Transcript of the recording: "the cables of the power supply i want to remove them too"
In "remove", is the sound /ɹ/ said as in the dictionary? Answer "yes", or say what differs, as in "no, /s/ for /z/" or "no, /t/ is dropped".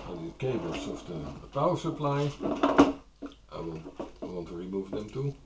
yes